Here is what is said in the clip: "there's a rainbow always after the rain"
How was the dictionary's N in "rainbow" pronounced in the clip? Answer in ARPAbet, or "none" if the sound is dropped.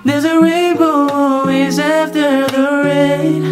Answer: none